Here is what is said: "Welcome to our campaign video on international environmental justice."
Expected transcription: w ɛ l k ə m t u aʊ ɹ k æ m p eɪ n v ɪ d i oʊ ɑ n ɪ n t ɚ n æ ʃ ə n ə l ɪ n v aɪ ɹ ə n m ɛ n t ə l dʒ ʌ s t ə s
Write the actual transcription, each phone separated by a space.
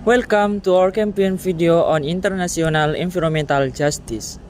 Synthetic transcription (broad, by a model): w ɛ l k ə m t u aʊ ɹ k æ m p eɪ n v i d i oʊ ɑ n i n t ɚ n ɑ s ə n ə l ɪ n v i ɹ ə m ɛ n t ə l dʒ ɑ s t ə s